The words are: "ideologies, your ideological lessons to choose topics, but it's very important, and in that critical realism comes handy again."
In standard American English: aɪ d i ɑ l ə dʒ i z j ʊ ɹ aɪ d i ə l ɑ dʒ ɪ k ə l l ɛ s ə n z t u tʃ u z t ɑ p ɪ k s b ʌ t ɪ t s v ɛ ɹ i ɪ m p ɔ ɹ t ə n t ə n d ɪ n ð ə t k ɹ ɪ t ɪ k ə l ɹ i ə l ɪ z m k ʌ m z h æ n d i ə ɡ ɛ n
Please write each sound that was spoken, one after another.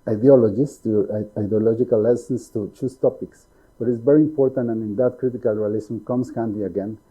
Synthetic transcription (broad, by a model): aɪ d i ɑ l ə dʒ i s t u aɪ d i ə l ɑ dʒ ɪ k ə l l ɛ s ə n s t u tʃ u s t ɑ p ɪ k s b ʌ t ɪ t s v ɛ ɹ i ɪ m p ɔ ɹ t ə n t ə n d ɪ n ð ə t k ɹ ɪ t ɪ k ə l ɹ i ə l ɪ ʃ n k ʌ m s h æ n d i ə ɡ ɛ n